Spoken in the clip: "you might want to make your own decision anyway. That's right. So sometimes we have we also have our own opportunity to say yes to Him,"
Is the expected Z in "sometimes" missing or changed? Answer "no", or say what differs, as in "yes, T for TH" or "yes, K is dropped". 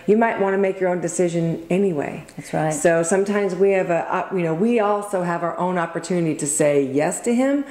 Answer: no